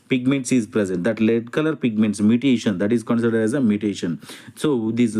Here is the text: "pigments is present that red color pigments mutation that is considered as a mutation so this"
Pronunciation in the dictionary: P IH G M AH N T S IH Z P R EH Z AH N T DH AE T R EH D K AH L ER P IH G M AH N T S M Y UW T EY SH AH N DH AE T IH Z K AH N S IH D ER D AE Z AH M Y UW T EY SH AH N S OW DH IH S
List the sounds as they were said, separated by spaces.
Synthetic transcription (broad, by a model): P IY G M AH N T S IH Z P R EH Z AH N T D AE T L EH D K AH L ER P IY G M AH N T S M Y UW T EY SH AH N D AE T IH Z K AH N S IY D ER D AE Z AH M Y UW T EY SH AH N S OW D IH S